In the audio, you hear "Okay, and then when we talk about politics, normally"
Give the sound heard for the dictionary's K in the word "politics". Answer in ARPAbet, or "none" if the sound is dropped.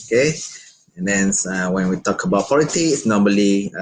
none